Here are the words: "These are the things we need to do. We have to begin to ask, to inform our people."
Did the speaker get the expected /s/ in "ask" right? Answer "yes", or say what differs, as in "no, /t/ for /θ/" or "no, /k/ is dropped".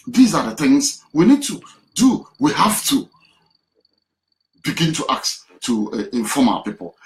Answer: no, /s/ is dropped